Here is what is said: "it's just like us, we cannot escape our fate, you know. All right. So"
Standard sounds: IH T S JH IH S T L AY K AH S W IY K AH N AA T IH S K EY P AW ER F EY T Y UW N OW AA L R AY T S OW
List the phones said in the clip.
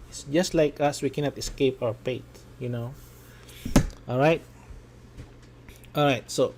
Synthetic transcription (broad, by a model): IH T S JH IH S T L AY K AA S W IY K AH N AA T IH S K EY P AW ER P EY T Y UW N OW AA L R AY T S OW